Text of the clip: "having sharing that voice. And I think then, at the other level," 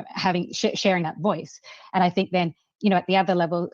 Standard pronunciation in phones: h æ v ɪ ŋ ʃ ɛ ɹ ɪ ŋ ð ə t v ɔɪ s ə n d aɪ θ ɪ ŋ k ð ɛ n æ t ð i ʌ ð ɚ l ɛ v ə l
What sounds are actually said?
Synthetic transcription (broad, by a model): h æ v ɪ ŋ ʃ ɛ ɹ ɪ ŋ ð ə t v ɔɪ s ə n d aɪ θ ɪ ŋ k ð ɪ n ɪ t ð i ʌ ð ɚ l ɛ v l